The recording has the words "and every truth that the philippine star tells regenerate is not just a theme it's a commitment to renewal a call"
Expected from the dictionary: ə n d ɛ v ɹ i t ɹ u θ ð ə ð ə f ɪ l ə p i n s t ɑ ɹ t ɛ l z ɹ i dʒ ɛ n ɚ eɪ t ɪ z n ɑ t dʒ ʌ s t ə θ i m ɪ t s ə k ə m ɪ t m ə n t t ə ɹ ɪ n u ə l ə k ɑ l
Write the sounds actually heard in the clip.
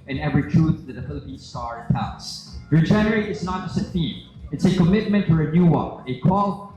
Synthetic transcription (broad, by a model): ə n ɛ v ɹ i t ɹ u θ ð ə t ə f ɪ l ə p i n s t ɑ ɹ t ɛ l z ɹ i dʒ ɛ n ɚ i ɪ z n ɑ t dʒ ʌ s t ə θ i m ɪ t s ə k ə m ɪ t m ə n t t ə ɹ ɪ n u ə n ə k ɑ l